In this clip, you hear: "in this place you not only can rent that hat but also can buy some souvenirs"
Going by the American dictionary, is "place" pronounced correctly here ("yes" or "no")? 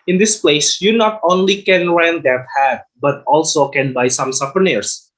yes